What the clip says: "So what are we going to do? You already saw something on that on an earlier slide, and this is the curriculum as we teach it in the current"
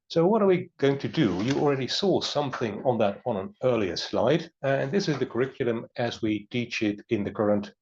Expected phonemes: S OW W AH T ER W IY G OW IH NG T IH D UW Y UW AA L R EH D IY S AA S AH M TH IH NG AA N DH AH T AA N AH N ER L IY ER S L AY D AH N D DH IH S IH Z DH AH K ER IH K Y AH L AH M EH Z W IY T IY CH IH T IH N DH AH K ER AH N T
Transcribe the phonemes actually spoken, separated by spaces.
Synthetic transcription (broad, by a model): S OW W AH T ER W IY G OW IH NG T IH D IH Y AA L R EH D IY S AA S AH M TH IH NG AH N DH AH T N AH N ER L IY ER S L AY D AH N DH IH S IH Z DH AH K ER IH K Y L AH M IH Z W IY T IY CH IH T IH N DH AH K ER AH N T